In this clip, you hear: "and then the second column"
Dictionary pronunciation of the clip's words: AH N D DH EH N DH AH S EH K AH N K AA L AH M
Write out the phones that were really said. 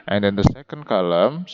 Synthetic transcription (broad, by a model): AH N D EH N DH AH S EH K AH N K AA L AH M